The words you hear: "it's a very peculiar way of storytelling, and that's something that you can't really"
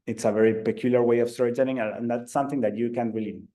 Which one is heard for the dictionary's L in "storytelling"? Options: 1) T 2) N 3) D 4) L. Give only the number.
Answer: 2